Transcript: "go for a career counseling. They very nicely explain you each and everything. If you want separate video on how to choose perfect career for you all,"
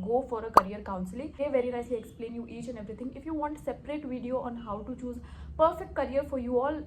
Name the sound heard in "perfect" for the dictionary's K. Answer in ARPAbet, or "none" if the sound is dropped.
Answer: K